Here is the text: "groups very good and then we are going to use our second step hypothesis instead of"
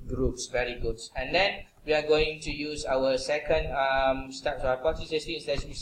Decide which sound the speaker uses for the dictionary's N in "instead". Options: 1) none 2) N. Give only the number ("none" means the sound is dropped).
1